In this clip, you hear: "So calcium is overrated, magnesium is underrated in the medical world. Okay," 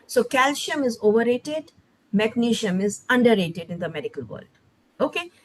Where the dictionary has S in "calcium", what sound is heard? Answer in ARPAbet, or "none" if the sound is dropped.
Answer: SH